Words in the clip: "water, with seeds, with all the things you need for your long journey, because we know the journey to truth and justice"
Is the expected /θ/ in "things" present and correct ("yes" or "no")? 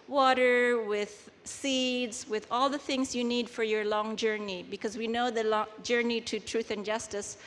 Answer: yes